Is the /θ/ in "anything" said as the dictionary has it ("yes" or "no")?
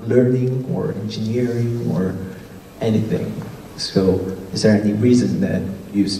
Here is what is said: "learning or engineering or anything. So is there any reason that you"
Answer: yes